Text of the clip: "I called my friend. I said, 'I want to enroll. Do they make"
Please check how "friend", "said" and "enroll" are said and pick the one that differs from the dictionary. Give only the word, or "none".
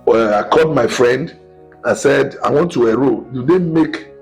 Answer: enroll